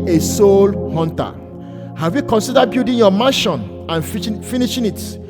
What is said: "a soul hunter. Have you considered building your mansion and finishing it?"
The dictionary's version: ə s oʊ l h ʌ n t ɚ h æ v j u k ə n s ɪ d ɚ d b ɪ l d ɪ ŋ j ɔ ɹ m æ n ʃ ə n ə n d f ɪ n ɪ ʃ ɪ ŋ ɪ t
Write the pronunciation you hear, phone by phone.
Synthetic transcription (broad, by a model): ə s oʊ l h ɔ n t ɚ h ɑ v j u k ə n s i d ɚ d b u d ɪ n j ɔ m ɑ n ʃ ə n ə n f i n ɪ ʃ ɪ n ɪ t